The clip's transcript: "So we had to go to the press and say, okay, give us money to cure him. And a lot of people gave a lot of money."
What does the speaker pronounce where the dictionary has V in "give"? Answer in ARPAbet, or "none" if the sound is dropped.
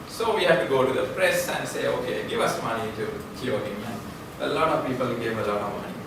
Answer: V